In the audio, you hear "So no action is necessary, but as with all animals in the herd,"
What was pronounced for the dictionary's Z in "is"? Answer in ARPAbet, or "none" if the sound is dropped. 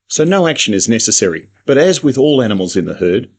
Z